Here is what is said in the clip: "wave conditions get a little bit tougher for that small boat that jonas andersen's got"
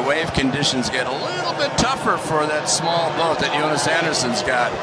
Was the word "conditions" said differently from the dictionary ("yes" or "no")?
no